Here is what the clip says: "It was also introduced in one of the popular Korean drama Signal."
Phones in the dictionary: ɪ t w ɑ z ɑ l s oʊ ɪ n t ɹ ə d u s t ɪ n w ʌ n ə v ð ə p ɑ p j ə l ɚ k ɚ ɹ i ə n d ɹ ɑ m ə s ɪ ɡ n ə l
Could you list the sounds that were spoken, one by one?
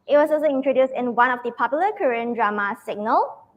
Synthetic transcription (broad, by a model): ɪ t w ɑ s ɑ l s oʊ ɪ n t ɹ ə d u s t ɪ n w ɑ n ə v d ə p ɑ p j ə l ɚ k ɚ ɹ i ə n d ɹ ɑ m ə s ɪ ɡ n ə l